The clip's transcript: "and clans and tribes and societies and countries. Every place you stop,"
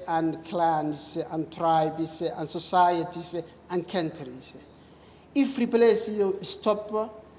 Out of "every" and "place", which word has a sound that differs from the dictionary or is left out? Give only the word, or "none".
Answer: every